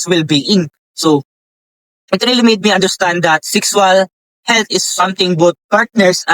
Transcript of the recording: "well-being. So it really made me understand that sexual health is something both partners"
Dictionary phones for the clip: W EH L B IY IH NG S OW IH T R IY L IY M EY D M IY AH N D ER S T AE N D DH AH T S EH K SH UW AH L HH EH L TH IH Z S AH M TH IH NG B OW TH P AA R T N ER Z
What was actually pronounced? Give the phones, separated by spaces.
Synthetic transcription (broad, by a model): W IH L B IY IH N S OW IH T R IY L IY M EY D M IY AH N D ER S T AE N D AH T S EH K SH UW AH L HH EH L T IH S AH M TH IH NG B OW T P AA R T N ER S